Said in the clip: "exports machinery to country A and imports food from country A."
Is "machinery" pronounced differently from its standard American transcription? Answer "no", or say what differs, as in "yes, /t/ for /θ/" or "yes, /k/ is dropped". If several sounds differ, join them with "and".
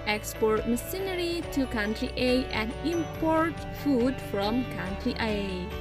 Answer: yes, /s/ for /ʃ/